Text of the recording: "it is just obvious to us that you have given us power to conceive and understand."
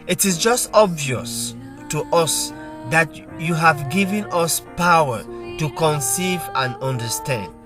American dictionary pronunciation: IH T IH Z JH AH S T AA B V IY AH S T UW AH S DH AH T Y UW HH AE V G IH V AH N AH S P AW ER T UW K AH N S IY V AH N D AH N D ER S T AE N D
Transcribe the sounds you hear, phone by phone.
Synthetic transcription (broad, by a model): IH T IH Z JH AH S T AA B V IY AH S T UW AH S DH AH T Y UW HH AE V G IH V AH N AH S P AW ER T UW K AH N S IY V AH N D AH N D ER S T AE N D